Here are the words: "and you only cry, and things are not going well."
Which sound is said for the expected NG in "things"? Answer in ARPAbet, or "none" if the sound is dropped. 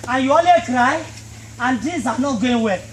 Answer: none